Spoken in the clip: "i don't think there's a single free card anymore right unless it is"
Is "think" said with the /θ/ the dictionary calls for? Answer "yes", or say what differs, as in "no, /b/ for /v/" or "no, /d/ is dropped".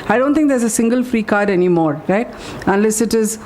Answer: no, /t/ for /θ/